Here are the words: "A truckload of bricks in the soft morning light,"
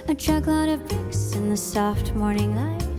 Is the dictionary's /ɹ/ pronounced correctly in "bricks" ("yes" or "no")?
no